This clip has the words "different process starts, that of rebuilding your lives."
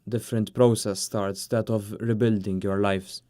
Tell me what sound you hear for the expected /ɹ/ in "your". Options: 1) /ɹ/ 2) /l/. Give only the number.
1